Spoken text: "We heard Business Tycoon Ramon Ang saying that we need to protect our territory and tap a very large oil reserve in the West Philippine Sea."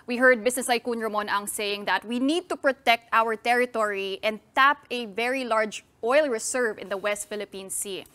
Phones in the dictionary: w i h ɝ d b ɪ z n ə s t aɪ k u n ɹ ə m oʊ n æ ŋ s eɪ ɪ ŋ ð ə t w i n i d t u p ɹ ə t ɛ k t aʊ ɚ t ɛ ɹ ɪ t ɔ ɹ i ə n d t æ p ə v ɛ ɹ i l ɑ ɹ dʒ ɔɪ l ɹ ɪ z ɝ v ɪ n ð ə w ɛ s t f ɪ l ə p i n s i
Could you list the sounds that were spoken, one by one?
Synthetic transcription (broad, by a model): w i h ɝ d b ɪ s n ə s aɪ k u n ɹ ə m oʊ n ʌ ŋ s eɪ ɪ ŋ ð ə t w i n i d t u p ɹ ə t ɛ k t aʊ ɚ t ɛ ɹ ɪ t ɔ ɹ i ə n d t æ p ə v ɛ ɹ i l ɑ ɹ dʒ ɔɪ l ɹ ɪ s ɝ v ɪ n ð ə w ɛ s t f ɪ l ə p i n s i